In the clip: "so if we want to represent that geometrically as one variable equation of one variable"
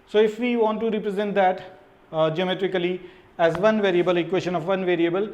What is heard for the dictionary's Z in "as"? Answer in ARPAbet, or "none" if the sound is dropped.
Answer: Z